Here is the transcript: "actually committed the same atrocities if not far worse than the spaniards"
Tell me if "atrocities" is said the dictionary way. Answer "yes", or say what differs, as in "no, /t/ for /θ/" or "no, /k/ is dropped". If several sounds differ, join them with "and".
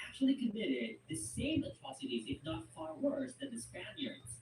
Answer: yes